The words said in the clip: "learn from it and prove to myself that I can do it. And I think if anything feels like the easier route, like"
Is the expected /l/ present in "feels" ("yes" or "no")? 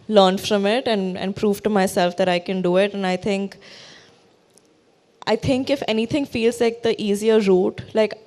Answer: yes